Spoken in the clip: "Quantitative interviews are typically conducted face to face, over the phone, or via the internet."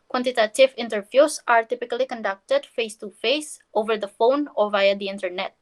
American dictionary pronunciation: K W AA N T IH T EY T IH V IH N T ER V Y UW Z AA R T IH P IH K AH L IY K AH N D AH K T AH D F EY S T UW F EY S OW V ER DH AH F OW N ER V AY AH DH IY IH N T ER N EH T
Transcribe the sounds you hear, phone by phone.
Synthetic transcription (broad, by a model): K W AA N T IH T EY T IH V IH N T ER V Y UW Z AA R T IH P IH K AH L IY K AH N D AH K T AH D F EY S T UW F EY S OW V ER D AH F OW N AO V AY AH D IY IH N T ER N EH T